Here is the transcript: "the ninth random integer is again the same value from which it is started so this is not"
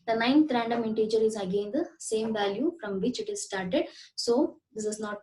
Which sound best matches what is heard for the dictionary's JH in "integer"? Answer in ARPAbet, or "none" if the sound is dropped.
JH